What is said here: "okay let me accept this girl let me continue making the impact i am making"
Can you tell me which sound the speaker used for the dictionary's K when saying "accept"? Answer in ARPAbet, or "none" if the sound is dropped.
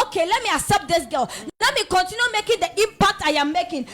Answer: none